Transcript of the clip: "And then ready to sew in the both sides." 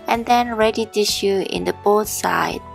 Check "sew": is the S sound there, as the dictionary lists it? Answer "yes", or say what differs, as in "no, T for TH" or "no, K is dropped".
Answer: no, SH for S